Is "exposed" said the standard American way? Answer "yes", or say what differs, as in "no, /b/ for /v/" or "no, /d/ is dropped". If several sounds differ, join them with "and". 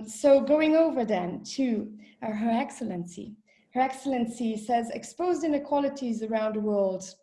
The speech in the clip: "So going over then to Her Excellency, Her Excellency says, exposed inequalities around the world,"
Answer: yes